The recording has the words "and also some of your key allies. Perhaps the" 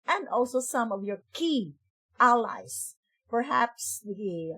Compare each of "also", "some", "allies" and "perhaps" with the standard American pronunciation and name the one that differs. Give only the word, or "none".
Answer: allies